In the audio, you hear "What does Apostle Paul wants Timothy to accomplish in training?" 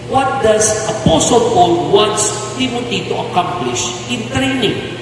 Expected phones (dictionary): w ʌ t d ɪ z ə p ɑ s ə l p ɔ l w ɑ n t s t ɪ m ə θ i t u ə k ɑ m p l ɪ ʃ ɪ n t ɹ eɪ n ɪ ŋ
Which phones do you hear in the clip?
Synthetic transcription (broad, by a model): w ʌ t d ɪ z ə p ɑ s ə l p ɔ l w ɑ n t s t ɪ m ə t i t u ə k ɑ m p l ɪ ʃ ɪ n t ɹ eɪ n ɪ ŋ